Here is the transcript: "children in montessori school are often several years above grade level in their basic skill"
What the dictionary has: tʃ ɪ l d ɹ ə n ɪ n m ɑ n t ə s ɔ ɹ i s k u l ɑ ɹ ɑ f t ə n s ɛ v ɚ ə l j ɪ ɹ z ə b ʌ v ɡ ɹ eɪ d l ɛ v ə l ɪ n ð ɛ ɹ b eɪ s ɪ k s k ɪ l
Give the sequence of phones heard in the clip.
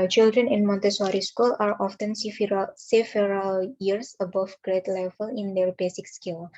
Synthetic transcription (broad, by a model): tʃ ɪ l d ɹ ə n ɪ n m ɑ n t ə s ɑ ɹ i s k u l ɑ ɹ ɑ f t ə n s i f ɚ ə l j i ɹ s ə b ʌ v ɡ ɹ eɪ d l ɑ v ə l ɪ n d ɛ ɹ b eɪ s ɪ k s k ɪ l